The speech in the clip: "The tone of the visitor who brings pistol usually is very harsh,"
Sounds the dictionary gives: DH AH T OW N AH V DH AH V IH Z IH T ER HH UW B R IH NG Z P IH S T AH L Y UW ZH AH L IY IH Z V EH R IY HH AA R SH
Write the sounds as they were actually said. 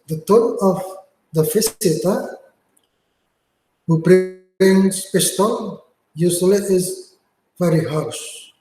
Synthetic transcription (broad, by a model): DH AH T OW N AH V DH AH F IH S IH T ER HH UW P R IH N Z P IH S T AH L Y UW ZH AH L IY IH Z V EH R IY HH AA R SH